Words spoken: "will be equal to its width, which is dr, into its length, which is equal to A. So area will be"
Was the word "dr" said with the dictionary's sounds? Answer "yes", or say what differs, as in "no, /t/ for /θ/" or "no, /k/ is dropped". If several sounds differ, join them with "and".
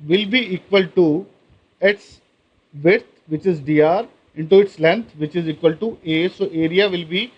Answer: no, /k/ is dropped